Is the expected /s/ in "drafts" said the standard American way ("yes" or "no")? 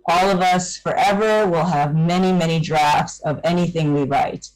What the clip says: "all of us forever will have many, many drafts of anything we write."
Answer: yes